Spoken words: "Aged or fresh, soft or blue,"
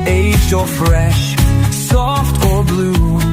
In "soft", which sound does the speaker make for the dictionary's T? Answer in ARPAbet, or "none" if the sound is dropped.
T